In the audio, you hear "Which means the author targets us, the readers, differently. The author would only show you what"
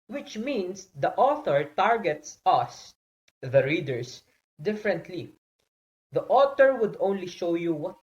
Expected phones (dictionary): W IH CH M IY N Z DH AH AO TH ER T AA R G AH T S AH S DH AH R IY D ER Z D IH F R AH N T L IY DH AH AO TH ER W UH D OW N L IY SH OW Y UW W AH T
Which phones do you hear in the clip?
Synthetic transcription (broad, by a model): W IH CH M IY N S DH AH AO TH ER T AA R G AH T S AH S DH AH R IY D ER S D IH F R AH N T L IY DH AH AO T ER W UH D OW N L IY SH OW Y UW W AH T